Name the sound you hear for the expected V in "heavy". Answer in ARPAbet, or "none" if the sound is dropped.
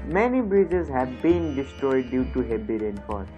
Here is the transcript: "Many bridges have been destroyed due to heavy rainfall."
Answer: B